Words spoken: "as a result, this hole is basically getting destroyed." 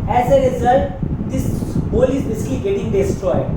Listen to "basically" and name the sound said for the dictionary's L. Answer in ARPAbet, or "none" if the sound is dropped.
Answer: L